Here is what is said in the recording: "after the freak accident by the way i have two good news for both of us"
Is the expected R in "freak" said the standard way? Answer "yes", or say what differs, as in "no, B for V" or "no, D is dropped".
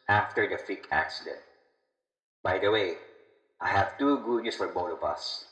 no, R is dropped